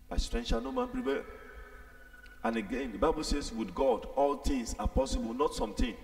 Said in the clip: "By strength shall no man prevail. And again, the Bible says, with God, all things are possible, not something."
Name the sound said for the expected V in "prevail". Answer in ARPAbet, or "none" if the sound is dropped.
P